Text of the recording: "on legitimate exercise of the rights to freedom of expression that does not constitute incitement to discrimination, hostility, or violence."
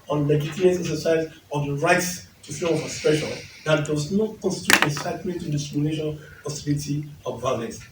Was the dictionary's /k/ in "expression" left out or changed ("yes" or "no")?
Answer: yes